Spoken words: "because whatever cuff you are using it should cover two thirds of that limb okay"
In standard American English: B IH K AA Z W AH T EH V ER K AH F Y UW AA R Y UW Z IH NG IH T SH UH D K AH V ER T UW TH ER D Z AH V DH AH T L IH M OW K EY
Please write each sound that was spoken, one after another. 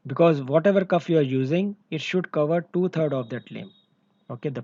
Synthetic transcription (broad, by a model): B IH K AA Z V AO T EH V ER K AH F Y UW AA R Y UW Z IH NG IH T SH UH D K AH V ER T UW T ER D AH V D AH T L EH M OW K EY